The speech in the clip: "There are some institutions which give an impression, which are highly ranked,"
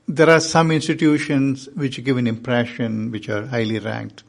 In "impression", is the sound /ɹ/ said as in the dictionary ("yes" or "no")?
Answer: yes